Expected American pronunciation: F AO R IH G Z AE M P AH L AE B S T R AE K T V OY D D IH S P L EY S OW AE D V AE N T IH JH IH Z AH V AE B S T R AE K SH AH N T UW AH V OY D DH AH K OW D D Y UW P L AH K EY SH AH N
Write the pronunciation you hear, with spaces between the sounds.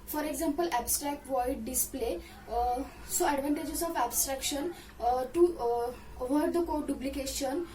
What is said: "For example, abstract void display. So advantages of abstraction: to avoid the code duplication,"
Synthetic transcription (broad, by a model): F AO R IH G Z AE M P AH L AE B S T R AE K T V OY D D IH S P L EY S OW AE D V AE N T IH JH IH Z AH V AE B S T R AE K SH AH N T UW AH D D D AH K OW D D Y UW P L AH K EY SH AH N